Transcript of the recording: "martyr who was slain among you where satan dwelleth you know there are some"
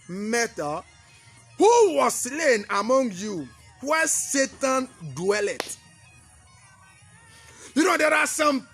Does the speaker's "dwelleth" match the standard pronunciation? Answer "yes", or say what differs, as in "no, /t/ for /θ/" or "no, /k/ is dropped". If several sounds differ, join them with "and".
no, /t/ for /θ/